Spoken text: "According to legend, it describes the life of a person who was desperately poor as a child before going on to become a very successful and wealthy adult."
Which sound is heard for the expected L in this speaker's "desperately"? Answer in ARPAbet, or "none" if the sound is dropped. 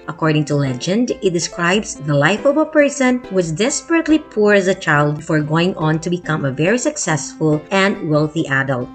L